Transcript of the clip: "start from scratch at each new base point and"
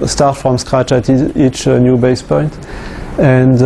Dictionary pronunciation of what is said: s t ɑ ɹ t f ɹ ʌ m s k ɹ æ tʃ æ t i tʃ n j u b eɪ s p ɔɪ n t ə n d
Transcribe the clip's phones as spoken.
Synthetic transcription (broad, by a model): s t ɑ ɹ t f ɹ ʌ m s k ɹ æ tʃ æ t i tʃ n j u b eɪ s p ɔɪ n t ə n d